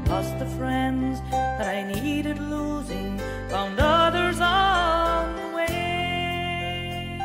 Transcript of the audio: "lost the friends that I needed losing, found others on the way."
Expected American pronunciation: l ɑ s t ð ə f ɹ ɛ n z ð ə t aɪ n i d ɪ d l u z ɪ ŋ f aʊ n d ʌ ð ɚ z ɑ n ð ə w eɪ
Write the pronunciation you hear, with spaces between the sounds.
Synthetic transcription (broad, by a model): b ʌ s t ð ə f ɹ ɛ n z ð ə t aɪ n i d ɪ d l u z ɪ ŋ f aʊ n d ʌ ð ɚ z ɑ n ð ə w eɪ